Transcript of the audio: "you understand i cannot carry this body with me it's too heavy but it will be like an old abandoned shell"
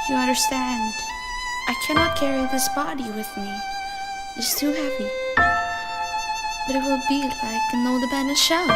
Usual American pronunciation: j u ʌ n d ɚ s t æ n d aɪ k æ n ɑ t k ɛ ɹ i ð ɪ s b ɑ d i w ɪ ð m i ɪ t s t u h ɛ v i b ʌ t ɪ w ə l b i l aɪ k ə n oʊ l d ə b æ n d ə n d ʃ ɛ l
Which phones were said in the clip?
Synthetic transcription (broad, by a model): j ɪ ʌ n d ɚ s t æ n d aɪ k æ n ɑ t k ɛ ɹ i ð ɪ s b ɑ d i w ɪ ð m i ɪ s t u h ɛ p i b ʌ t ɪ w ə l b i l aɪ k ə n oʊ d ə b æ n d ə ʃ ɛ